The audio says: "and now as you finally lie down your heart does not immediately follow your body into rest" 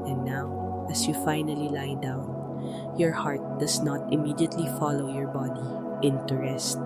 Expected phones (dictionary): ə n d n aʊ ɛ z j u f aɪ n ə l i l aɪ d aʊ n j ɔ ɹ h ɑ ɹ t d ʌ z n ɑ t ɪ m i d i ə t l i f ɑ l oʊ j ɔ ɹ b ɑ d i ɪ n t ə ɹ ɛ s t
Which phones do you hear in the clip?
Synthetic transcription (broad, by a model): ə n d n aʊ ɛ s j u f aɪ n ə l i l aɪ d aʊ n j ɔ ɹ h ɑ ɹ t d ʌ s n ɑ t ɪ m i d i ə t l i f ɑ l oʊ j ɔ ɹ b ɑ d i ɪ n t ə ɹ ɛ s t